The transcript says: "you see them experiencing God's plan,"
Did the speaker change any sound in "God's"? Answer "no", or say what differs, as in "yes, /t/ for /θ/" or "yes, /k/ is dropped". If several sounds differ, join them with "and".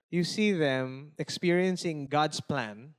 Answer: yes, /s/ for /z/